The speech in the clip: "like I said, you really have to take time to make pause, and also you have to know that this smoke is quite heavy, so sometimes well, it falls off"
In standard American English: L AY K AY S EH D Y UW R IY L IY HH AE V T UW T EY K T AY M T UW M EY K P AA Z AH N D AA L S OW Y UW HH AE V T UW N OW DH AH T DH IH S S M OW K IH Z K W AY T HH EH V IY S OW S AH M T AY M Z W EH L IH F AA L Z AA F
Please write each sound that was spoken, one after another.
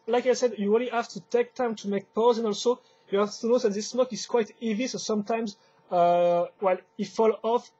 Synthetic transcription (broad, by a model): L AY K AY S EH D Y UW R IY L IY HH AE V T UW T EY K T AY M T UW M EY K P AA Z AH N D AA L S OW Y UW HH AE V T UW N OW DH AH T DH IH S S M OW K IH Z K W AY T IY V IY S OW S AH M T AY M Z W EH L IH F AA L AA F